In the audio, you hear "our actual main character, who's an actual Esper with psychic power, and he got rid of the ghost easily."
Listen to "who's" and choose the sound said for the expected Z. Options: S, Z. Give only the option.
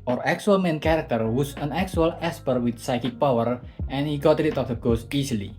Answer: S